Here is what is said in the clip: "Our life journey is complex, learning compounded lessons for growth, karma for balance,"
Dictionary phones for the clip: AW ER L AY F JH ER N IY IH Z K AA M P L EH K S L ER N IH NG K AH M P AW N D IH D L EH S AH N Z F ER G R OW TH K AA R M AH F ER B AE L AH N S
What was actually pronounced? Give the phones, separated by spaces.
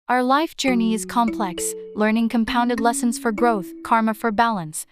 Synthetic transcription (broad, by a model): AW ER L AY F JH ER N IY IH Z K AA M P L EH K S L ER N IH NG K AH M P AW N D IH D L EH S AH N Z F ER G R OW TH K AA R M AH F ER B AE L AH N S